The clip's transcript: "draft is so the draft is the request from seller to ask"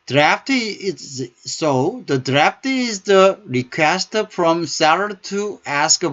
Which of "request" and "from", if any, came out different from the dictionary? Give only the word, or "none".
none